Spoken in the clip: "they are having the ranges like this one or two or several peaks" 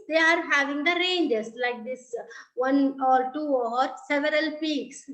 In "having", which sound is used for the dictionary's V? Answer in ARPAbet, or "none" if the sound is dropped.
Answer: V